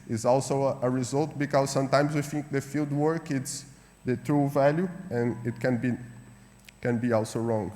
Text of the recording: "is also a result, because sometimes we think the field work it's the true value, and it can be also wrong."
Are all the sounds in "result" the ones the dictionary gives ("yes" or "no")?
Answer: yes